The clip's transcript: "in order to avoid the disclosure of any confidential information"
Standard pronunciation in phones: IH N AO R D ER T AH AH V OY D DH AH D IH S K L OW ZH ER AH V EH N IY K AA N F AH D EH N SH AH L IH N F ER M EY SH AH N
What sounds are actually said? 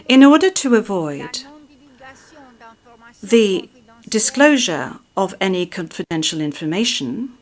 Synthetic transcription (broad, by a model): IH N AO R D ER T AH AH V OY D DH AH D IH S K L OW ZH ER AH V EH N IY K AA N F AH D EH N SH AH L IH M F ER M EY SH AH N